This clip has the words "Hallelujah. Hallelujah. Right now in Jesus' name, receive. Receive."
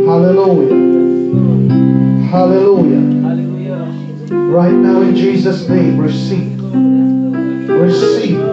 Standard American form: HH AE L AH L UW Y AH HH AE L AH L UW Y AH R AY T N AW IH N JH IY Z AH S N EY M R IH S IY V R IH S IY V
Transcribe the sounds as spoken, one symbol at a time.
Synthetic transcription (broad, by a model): HH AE L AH L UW Y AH HH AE L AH L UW Y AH R AY T N AW IH N JH IY Z AH S N EY M R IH S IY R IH S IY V